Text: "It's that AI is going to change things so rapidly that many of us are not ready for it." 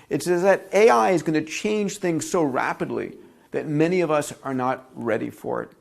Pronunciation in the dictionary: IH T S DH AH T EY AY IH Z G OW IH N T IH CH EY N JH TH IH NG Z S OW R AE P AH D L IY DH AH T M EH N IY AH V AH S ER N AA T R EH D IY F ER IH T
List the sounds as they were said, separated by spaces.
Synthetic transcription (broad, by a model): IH T S DH AH T EY AY IH Z G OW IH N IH CH EY N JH TH IH NG Z S OW R AE P AH D L IY DH AH T M EH N IY AH V AH S ER N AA T R EH D IY F ER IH T